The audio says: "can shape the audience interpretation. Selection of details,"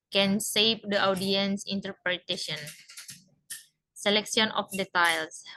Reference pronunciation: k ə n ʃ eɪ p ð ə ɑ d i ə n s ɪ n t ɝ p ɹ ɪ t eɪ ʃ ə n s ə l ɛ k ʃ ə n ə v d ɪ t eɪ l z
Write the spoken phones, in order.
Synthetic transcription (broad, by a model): k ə n s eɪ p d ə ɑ d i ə n s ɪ n t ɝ p ɹ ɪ t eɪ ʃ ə n s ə l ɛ k s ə n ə f d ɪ t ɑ l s